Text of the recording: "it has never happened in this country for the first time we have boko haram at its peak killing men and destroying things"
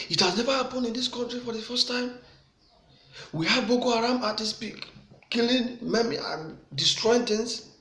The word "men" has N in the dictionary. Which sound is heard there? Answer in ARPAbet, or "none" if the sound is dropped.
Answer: none